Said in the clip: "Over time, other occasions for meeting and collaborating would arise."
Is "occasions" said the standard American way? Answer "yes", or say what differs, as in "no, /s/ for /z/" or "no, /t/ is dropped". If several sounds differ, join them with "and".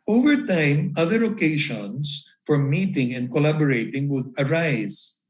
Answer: no, /ʃ/ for /ʒ/ and /s/ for /z/